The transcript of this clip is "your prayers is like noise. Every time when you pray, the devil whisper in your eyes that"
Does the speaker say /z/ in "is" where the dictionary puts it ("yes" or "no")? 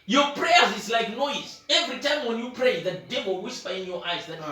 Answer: no